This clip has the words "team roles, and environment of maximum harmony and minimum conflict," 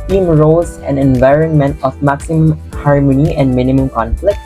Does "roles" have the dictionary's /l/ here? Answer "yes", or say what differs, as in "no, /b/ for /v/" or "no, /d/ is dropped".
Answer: no, /l/ is dropped